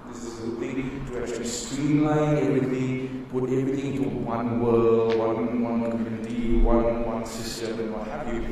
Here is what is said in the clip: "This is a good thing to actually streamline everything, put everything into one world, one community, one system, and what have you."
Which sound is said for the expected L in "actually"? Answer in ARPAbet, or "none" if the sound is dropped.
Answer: none